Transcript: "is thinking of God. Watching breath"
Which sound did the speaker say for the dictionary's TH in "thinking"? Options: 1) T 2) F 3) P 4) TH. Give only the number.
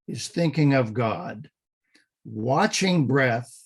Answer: 4